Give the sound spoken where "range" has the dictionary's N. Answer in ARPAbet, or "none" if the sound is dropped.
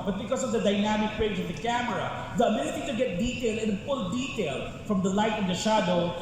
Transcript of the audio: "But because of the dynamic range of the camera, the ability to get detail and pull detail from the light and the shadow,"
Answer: none